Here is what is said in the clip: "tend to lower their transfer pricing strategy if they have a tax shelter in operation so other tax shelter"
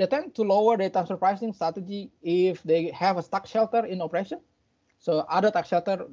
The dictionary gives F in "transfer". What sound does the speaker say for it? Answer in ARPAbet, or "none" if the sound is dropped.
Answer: none